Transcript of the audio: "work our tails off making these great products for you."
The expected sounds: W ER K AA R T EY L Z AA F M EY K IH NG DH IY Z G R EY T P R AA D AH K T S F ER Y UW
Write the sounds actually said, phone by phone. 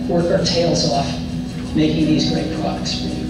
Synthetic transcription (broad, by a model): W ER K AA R T EY L Z AA F M EY K IH NG DH IY Z G R EY T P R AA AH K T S